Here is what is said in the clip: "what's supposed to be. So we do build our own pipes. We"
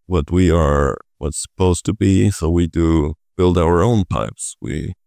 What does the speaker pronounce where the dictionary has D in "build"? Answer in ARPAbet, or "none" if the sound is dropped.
D